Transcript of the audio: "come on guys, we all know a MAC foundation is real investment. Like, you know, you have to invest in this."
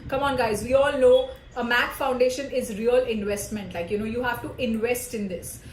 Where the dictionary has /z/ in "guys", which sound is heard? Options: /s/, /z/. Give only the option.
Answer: /z/